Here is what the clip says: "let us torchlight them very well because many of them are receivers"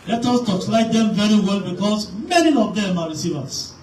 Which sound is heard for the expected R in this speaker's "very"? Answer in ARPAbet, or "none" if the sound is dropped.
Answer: R